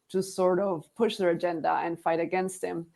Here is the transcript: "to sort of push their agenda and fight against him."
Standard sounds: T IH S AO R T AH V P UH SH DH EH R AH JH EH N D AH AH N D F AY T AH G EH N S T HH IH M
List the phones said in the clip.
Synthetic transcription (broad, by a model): T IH S AO R T AH V P UH SH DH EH R AH JH EH N D AH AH N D F AY T AH G EH N S T HH IH M